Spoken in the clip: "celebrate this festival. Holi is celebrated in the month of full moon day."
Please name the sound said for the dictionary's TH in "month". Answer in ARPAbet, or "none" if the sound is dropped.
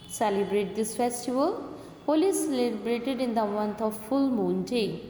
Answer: T